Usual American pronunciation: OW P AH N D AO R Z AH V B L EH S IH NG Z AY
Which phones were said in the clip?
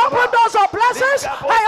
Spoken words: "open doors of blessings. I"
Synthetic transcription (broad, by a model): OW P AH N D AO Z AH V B L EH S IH Z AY